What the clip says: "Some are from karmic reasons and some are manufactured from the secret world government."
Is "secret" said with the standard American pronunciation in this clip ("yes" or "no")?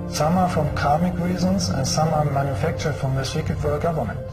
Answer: no